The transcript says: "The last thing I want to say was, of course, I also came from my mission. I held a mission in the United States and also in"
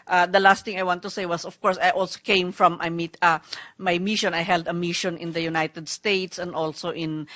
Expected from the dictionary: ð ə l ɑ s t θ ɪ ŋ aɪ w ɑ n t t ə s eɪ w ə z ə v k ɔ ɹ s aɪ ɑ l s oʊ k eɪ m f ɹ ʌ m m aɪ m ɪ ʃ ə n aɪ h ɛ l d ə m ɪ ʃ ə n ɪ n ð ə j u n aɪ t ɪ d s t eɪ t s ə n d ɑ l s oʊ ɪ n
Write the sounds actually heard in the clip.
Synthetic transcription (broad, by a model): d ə l ɑ s t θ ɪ ŋ aɪ w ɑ n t t ə s eɪ w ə s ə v k ɔ ɹ s aɪ ɑ l s oʊ k eɪ m f ɹ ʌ m m aɪ m ɪ ʃ ə n aɪ h ɛ l d ə m ɪ ʃ ə n ɪ n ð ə j u n aɪ t ɪ d s t eɪ t s ə n d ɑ l s oʊ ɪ n